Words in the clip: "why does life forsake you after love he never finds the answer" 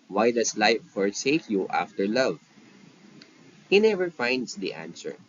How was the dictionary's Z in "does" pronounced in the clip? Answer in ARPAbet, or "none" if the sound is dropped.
S